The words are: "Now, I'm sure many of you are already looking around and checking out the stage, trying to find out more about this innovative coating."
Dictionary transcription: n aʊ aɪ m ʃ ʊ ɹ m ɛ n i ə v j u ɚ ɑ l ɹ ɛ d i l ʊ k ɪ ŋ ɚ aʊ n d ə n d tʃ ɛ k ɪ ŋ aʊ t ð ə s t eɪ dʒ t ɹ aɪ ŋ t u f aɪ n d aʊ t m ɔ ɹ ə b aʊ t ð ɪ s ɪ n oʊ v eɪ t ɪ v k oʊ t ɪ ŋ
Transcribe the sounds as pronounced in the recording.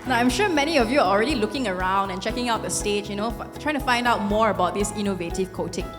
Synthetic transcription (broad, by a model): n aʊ aɪ m ʃ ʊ m ɛ n i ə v j u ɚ ɑ l ɹ ɛ d i l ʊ k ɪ ŋ ɚ aʊ n d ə n tʃ ɛ k ɪ ŋ aʊ t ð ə s t eɪ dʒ t ɹ aɪ ŋ t u f aɪ n d aʊ t m ɔ ɹ ə b aʊ t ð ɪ s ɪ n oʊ v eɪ t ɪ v k oʊ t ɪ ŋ